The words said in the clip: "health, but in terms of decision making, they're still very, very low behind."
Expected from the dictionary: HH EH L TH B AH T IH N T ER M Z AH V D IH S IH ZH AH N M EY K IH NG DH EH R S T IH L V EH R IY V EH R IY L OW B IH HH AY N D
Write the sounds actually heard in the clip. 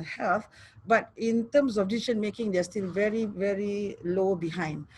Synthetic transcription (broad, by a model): HH EH L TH B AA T IH N T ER M S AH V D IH IY SH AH N M EY K IH NG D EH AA S T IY L V EH R IY V EH R IY L OW B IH HH AY N D